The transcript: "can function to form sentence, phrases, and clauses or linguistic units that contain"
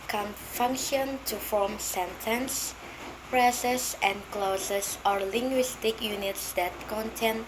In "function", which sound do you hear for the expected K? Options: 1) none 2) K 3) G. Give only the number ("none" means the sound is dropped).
2